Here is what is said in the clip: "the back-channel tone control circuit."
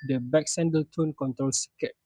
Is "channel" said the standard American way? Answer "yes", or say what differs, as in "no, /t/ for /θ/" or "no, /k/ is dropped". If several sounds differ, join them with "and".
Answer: no, /s/ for /tʃ/